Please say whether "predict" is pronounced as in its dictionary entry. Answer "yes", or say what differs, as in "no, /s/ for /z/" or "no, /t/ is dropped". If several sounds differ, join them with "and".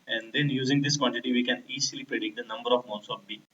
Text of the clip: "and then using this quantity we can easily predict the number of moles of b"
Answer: no, /ɹ/ is dropped